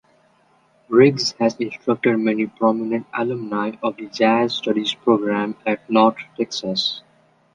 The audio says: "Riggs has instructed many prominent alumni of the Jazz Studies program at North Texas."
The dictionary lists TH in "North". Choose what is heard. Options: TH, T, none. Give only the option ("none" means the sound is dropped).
T